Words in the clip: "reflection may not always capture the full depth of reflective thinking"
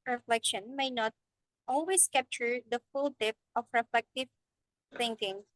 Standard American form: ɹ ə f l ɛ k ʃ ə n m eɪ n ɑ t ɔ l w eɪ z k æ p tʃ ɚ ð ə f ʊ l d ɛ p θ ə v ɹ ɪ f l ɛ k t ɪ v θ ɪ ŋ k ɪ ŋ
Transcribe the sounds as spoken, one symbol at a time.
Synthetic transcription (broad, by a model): ɹ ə f l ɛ k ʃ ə n m eɪ n ɑ t ɔ l w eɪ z k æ p tʃ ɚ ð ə f ʊ l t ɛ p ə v ɹ ɪ f l ɛ k t ɪ v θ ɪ ŋ k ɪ ŋ